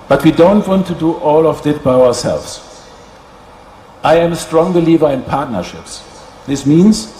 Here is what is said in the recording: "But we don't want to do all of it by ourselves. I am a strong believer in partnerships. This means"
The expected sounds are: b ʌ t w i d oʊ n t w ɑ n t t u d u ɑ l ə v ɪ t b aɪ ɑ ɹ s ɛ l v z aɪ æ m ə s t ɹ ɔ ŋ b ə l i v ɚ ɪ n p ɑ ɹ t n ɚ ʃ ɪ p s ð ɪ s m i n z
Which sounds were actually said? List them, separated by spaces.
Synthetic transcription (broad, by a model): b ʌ t w i d oʊ n t w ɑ n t t u d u ɑ l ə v ɪ t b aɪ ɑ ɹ s ɛ l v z aɪ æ m ə s t ɹ ɔ ŋ b ə l i v ɚ ɪ n p ɑ ɹ t n ɚ ʃ ɪ p s ð ɪ s m i n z